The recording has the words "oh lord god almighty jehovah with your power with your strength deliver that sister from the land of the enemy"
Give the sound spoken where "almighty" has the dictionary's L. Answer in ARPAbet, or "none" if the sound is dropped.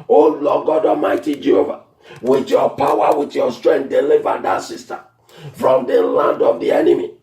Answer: none